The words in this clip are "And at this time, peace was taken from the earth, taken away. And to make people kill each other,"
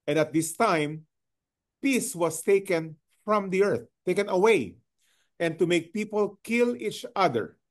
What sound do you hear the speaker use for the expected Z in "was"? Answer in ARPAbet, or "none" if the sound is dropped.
S